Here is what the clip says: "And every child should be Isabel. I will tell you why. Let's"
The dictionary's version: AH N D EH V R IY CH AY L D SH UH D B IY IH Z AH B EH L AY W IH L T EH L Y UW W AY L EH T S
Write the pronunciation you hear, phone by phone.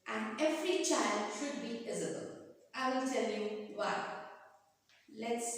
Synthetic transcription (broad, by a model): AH N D EH V R IY CH AY L D SH UH D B IY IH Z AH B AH L AY W IH L T EH L Y UW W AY L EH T S